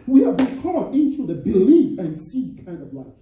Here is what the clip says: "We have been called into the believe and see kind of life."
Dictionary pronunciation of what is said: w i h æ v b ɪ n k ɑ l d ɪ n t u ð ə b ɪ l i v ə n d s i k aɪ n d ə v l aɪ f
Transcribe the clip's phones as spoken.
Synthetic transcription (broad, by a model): w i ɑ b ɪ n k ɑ d ɪ n t u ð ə b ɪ l i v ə n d s i k aɪ n d ə v l aɪ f